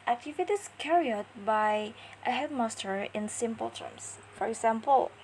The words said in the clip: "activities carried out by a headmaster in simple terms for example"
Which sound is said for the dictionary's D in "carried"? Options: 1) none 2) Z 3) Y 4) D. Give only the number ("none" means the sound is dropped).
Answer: 1